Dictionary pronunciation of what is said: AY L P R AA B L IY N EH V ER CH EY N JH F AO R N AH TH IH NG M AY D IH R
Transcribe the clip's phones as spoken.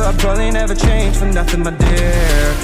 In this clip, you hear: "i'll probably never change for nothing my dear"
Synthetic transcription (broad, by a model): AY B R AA L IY N EH V ER CH EY N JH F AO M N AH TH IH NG M AY D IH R